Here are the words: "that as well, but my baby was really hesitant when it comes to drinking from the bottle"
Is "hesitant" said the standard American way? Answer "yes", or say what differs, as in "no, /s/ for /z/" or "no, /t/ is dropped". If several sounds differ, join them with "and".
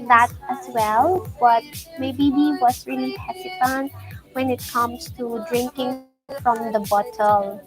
no, /s/ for /z/